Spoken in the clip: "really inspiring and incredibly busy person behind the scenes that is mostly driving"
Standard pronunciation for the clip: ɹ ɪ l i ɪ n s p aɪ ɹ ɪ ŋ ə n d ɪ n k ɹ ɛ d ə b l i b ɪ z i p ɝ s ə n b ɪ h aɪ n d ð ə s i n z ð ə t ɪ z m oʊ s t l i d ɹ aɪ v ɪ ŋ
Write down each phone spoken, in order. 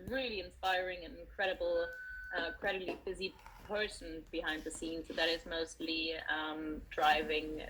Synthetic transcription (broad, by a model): ɹ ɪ l i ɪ n s p aɪ ɹ ɪ ŋ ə n d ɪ l k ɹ ɛ d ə b l i b ɪ z i p ɝ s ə n b ɪ h aɪ n d ð ə s i n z ð ə t ɪ z m oʊ s t l i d ɹ aɪ v ɪ ŋ